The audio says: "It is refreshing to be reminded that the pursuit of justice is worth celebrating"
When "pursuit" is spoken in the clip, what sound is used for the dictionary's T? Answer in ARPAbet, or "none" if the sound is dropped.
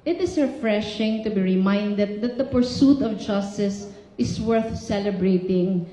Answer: T